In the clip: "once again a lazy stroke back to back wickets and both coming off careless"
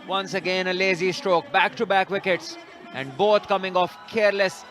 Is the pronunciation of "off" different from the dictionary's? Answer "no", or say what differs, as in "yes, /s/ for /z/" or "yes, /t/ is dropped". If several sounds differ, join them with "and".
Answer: no